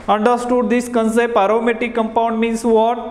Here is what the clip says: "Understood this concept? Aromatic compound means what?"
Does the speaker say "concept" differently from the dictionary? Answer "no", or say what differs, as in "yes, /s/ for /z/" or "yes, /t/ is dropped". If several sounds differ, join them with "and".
yes, /t/ is dropped